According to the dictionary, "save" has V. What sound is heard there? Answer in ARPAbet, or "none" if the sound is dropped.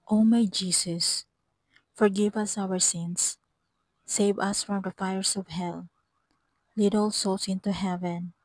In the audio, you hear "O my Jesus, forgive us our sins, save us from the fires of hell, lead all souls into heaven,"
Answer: V